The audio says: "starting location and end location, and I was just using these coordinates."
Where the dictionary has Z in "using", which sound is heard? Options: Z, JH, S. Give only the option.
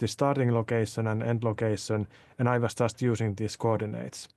S